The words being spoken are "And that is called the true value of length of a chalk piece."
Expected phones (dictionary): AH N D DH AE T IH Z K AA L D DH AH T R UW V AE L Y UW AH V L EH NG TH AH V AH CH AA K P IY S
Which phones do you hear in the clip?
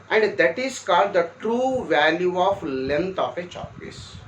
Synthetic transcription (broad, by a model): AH N D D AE T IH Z K AA L D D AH T R UW V AE L Y UW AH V L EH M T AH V AH CH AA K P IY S